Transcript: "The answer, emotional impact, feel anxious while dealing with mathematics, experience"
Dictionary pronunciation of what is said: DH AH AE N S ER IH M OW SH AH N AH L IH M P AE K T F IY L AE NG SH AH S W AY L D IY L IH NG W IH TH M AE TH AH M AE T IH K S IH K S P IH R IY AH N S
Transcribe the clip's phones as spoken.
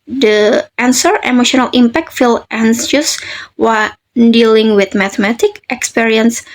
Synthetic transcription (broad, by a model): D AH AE N S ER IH M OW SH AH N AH L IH M P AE K T F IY L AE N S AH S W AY N D IY L IH NG W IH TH M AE T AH M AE T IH K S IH K S P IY R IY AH N S